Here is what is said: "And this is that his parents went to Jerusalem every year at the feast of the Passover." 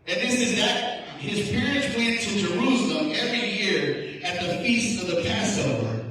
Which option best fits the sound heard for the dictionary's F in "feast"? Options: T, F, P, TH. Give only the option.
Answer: F